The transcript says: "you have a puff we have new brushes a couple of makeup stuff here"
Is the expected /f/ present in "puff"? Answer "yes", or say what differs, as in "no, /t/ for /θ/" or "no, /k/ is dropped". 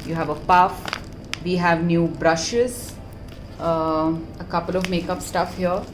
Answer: yes